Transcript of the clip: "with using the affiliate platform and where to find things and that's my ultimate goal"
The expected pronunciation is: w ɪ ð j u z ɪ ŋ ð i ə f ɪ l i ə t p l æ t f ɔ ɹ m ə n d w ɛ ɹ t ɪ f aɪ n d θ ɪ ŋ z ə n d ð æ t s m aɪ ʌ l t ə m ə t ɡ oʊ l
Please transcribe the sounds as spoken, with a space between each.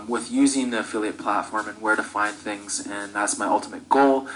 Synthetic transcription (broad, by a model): w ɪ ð j u z ɪ ŋ ð i ə f ɪ l i ə t p l æ t f ɔ ɹ m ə n w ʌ ɹ t ɪ f aɪ n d θ ɪ ŋ z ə n ð æ t s m aɪ ʌ l t ə m ə t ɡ oʊ l